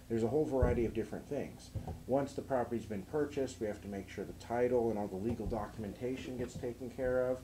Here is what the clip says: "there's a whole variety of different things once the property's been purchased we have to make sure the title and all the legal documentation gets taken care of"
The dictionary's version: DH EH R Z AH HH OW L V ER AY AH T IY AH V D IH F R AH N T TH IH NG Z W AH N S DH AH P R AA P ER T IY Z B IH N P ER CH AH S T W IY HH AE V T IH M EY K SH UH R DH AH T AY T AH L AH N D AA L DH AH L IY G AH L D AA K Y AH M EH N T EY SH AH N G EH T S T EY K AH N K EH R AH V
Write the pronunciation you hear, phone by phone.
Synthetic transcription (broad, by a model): DH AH R Z AH HH OW L V ER AY AH T IY AH V D IH F R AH N TH IH NG Z W AH N S DH AH P R AA P ER T IY Z B IH N P ER CH AH S T W IY HH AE F T IH M EY K SH UH R DH AH T AY T L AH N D AA L DH AH L IY G L D AA K Y AH M EH N T EY SH AH N G EH T S T EY K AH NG K EH R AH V